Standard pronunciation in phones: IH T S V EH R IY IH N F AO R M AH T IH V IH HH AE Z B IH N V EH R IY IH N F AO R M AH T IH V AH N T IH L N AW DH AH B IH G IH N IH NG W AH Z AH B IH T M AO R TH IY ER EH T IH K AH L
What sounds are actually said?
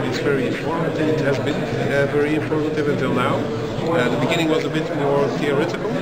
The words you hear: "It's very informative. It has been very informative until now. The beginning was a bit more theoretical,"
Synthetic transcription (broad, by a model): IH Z V EH R IY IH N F AO R M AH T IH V IH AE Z B IH N V EH R IY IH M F AO R M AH T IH V AH N T IH L N AW DH AH B IH G IH N IH NG W AH Z AH B IH T M AO R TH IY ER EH T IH K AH L